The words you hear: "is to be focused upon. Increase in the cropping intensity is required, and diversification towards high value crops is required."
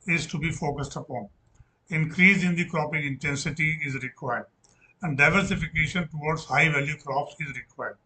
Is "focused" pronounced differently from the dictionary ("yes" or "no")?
no